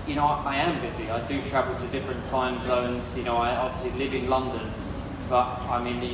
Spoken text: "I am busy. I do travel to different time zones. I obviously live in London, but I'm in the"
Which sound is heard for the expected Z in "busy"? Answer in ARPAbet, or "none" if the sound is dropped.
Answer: Z